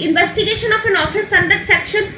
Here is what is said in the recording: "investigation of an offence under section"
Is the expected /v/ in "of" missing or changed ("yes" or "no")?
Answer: yes